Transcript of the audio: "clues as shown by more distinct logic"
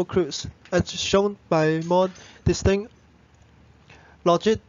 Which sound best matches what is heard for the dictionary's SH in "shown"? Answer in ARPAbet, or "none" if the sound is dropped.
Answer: SH